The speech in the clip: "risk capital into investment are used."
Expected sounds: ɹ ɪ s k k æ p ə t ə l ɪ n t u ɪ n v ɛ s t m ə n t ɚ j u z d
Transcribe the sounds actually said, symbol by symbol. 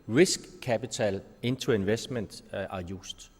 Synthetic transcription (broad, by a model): ɹ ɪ s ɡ k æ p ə s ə l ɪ n s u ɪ n v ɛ s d m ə n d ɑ j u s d